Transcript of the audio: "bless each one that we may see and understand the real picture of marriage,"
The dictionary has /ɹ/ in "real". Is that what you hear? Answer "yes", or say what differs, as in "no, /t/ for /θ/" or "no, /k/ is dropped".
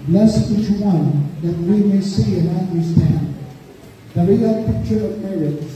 no, /w/ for /ɹ/